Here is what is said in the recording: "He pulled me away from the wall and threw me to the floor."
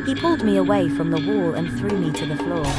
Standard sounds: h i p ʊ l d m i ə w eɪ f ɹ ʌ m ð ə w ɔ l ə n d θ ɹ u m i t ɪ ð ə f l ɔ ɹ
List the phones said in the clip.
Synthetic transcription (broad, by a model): h i p ʊ l d m i ə w eɪ f ɹ ʌ m ð ə w ɔ l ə n θ ɹ u m i t ɪ ð ə f l ɔ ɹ